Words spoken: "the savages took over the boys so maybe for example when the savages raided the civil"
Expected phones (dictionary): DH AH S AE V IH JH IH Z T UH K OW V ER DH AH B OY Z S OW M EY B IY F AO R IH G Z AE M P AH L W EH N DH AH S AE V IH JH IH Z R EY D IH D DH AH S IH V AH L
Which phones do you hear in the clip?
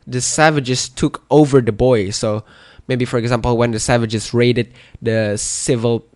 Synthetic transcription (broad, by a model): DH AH S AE V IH JH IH S T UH K OW V ER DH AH B OY S OW M EY B IY F AO R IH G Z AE M P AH L W EH N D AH S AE V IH JH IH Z R EY D IH D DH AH S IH V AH L